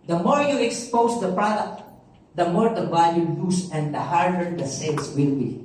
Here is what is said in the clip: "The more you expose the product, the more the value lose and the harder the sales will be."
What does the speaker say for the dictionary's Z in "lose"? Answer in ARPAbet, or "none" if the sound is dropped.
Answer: S